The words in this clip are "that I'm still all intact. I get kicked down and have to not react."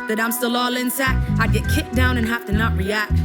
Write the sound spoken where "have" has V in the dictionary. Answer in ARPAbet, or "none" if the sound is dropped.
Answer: F